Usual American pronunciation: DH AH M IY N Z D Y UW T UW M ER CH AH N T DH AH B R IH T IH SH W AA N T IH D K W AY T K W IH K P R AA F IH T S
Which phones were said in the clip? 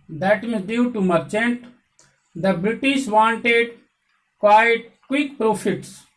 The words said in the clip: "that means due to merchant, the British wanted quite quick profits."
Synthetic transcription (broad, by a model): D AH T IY Z D Y UW T UW M ER CH AH N T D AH B R IH T IH SH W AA N T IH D K W AY T K W IH K P R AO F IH T S